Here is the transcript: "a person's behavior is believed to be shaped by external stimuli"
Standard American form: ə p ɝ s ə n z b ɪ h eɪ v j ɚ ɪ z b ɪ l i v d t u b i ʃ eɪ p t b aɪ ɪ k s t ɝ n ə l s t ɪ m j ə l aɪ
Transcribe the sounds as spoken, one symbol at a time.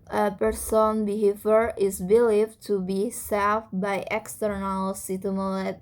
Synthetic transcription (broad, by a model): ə p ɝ s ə n b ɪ h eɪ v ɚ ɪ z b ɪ l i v t u b i s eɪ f b aɪ ɪ k s t ɝ n ə l s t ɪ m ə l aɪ